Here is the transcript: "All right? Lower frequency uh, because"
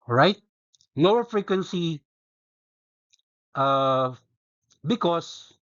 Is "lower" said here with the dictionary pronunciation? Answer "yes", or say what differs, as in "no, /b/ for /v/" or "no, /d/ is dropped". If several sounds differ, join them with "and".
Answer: no, /n/ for /l/